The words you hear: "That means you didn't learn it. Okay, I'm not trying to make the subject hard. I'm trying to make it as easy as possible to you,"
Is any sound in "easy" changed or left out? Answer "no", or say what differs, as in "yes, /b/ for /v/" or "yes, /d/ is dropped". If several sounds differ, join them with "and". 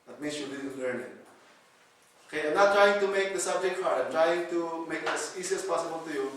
yes, /s/ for /z/